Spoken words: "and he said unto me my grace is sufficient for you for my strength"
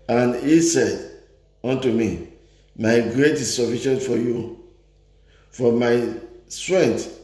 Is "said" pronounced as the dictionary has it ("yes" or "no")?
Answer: yes